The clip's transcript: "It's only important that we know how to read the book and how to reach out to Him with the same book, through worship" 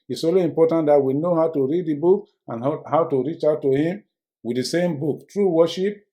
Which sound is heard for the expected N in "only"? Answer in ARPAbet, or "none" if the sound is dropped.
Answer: none